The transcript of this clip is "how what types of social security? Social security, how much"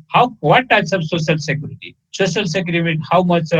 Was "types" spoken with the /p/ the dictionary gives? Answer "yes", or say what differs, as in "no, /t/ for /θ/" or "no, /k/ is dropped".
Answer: no, /p/ is dropped